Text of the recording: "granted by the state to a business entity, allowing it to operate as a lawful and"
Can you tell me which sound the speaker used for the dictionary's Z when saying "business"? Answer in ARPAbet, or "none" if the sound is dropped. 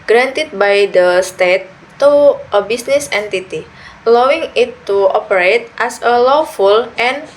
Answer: S